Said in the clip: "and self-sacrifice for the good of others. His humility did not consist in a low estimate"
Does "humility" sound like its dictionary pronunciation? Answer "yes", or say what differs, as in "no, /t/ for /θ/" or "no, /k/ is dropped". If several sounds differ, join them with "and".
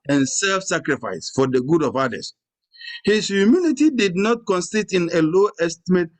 no, /n/ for /l/